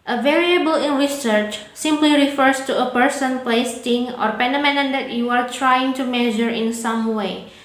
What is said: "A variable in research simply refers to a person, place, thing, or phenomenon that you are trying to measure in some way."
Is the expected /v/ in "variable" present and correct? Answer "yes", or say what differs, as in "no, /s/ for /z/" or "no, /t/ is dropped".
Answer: yes